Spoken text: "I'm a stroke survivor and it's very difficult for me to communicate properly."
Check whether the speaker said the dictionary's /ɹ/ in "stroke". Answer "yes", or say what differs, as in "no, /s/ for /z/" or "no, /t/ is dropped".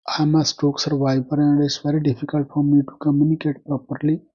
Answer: no, /ɹ/ is dropped